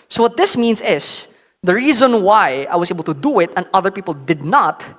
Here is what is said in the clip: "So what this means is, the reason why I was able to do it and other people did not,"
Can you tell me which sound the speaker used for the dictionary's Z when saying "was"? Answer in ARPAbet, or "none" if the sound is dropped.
S